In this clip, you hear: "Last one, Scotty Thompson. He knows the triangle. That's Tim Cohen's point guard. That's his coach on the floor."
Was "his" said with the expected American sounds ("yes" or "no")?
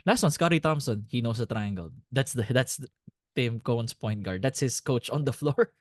no